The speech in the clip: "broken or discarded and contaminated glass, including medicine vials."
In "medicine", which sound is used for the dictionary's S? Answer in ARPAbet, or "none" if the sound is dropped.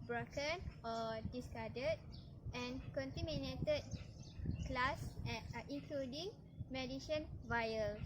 SH